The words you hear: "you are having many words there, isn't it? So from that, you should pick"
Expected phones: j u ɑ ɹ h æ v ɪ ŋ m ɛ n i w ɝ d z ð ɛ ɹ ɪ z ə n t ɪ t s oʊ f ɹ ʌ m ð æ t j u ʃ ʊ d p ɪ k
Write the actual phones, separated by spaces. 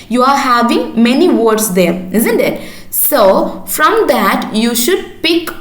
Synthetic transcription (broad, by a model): j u ɑ ɹ h æ v ɪ ŋ m ɛ n i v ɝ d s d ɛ ɹ ɪ z ə n t ɪ t s oʊ f ɹ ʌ m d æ t j u ʃ ʊ d p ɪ k